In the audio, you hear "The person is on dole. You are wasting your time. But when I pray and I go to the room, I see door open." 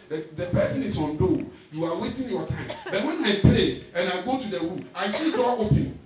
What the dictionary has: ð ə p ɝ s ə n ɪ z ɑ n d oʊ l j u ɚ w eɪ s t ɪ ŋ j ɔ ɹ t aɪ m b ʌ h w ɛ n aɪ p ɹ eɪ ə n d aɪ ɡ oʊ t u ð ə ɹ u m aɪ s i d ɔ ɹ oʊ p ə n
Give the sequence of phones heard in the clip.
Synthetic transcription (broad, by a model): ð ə p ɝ s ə n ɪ s ɑ n d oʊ j u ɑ w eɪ s t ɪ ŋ j ɔ t aɪ m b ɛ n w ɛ n aɪ p l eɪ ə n aɪ ɡ oʊ t u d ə ɹ u m aɪ s i d ɔ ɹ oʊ p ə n